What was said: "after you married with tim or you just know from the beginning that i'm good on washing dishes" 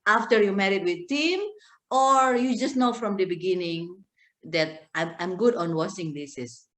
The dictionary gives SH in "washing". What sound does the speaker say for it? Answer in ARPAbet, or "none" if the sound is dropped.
S